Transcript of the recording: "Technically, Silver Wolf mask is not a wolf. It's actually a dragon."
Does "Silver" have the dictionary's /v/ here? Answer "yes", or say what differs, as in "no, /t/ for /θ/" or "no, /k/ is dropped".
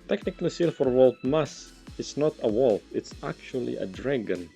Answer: no, /f/ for /v/